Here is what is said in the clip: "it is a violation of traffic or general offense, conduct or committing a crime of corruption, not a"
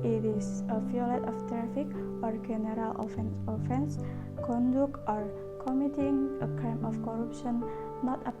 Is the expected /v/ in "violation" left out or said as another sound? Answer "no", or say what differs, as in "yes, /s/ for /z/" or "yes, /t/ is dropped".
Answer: yes, /f/ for /v/